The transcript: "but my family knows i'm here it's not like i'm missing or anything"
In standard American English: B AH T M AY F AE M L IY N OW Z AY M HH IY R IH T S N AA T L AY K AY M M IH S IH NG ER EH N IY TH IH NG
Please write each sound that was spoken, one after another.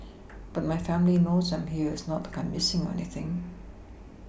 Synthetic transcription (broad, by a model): B AH T M AY F AE M L IY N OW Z AY M HH IY R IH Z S N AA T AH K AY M M IH S IH NG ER EH N IY TH IH NG